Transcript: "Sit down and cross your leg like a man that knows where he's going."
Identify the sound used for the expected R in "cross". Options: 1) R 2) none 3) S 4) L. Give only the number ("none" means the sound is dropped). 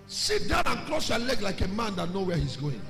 4